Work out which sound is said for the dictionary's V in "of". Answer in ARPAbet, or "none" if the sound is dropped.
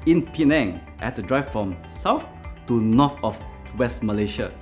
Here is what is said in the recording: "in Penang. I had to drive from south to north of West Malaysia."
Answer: F